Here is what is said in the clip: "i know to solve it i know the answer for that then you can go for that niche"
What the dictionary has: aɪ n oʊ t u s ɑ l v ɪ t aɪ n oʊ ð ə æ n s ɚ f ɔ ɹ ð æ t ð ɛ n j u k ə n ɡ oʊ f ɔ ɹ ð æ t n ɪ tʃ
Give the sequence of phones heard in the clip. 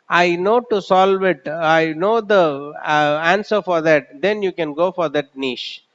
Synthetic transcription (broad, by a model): aɪ n oʊ t u s ɑ l v ɪ t aɪ n oʊ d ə æ n s ɚ f ɔ ɹ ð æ t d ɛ n j u k ə n ɡ oʊ f ɔ ɹ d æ t n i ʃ